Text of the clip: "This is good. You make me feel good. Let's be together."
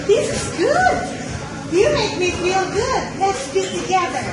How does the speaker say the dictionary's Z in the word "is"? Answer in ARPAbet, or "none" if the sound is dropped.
Z